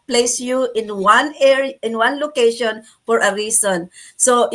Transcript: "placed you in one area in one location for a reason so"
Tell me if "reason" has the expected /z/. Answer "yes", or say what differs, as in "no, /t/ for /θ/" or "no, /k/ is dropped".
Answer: no, /s/ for /z/